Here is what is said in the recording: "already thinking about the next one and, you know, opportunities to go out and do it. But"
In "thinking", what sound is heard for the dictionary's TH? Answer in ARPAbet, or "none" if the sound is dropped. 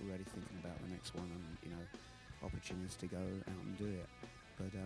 TH